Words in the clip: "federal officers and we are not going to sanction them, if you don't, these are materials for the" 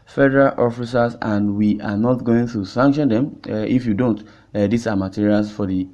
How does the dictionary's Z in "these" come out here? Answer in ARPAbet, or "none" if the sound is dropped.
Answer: S